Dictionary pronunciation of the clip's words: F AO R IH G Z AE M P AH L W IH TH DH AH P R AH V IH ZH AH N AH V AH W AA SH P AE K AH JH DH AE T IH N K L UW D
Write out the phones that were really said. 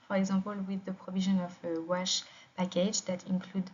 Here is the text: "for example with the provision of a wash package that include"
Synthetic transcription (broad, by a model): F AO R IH G Z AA P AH L W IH DH AH P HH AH V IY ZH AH N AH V AH W AA SH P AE K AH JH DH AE T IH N K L UW D